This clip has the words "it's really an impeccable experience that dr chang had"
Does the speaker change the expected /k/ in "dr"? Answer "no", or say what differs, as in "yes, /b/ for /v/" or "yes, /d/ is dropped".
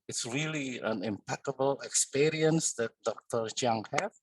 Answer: no